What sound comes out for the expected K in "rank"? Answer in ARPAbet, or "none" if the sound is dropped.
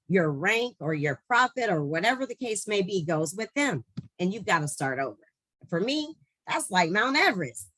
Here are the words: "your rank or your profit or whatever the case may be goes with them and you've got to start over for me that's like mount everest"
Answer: K